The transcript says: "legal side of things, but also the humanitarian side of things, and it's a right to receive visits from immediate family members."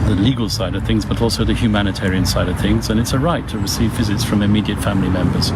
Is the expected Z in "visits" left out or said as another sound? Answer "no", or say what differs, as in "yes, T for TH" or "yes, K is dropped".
no